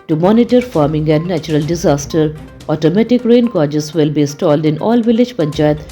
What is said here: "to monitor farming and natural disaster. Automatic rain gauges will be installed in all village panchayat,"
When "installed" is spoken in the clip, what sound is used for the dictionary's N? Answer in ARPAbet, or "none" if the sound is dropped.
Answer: none